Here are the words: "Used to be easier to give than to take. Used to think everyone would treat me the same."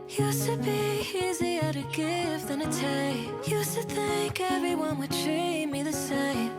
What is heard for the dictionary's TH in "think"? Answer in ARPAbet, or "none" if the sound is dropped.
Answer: TH